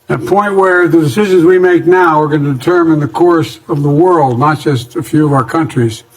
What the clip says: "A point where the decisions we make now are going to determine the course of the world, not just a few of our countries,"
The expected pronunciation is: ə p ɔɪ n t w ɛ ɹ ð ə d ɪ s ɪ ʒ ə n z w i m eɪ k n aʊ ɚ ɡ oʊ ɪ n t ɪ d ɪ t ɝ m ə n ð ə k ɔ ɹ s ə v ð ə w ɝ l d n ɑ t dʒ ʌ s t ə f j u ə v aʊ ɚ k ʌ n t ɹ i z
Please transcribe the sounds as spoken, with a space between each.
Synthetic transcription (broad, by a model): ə p ɔɪ n t w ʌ ɹ ð ə d ɪ s ɪ ʒ ə n z w i m eɪ k n aʊ ɚ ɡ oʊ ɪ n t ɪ d ɪ t ɝ m ə n ð ə k ɔ ɹ s ə v ð ə w ɝ l d n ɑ t dʒ ʌ s t ə f j u ə v aʊ ɚ k ʌ n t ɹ i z